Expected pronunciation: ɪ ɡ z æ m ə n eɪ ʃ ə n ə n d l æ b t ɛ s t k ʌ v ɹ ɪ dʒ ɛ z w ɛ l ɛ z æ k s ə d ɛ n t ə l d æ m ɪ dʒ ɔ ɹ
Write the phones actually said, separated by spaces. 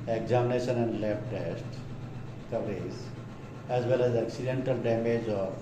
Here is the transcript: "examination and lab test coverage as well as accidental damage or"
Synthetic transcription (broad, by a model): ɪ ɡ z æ m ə n eɪ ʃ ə n ə n d l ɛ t t ɛ s t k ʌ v ɹ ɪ z ɛ z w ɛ l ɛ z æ k s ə d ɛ n t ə l d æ m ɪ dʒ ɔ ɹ